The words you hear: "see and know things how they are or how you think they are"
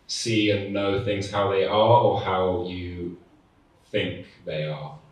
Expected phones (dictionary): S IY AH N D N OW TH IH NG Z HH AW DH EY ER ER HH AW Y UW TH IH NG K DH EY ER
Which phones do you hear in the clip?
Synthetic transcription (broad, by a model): S IY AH N N OW TH IH NG Z HH AW DH EY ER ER HH AW Y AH TH IH NG K DH EY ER